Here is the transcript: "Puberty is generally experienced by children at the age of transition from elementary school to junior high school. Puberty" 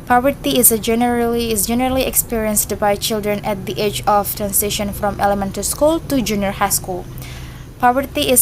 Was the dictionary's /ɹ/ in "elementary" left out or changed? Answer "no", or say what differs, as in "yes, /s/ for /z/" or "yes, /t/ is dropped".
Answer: yes, /ɹ/ is dropped